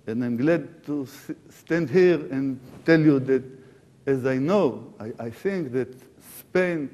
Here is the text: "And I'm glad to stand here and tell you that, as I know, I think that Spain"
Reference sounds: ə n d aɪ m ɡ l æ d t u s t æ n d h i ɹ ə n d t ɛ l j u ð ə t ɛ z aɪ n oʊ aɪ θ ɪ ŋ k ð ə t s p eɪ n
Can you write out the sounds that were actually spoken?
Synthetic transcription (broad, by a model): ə n aɪ m ɡ l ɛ d t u s t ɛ n d h i ɹ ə n t ɛ l j u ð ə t ɛ z aɪ n oʊ aɪ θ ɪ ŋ k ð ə t s p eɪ n